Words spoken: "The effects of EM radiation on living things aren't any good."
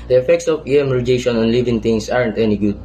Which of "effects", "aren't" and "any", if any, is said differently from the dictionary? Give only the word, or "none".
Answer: none